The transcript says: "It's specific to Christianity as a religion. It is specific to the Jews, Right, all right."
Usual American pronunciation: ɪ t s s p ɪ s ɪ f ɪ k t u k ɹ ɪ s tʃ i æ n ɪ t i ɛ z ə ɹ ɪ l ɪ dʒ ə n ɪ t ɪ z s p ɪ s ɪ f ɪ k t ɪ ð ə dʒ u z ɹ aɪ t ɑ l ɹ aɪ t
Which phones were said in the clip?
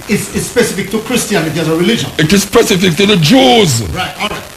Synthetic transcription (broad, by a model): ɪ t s s p ɪ s ɪ f ɪ k t u k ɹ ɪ s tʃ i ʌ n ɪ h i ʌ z ə ɹ ɪ l ɪ dʒ ə n ɪ t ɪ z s p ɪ s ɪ f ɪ k t ɪ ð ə dʒ u z ɹ aɪ t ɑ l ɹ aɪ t